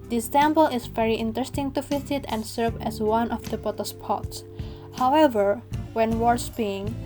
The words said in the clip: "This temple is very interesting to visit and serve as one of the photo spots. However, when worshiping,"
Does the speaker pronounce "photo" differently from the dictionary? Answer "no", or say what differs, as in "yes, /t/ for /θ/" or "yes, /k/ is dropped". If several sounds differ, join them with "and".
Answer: yes, /p/ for /f/